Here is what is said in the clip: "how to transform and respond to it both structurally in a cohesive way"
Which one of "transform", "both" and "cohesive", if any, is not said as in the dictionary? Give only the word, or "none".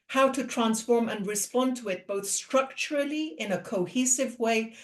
none